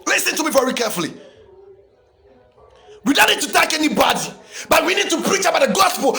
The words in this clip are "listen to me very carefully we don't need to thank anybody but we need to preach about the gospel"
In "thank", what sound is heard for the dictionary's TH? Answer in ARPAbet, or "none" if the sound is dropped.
T